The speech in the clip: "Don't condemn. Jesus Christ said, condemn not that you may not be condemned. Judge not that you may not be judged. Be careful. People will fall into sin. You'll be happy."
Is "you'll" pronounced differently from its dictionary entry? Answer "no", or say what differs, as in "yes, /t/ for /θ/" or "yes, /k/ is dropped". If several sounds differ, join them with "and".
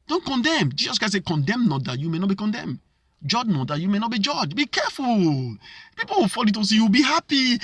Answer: yes, /w/ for /l/